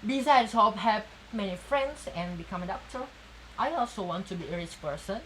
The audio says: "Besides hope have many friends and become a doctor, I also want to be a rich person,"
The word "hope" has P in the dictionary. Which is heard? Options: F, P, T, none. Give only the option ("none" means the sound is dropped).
F